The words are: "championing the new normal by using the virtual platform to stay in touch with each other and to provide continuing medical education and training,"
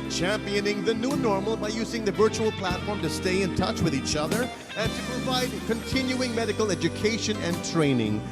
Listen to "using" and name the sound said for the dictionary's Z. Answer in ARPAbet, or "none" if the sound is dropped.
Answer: Z